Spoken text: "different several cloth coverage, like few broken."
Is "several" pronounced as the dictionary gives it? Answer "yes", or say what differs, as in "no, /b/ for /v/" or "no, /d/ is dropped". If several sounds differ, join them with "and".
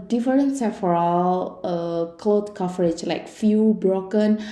no, /f/ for /v/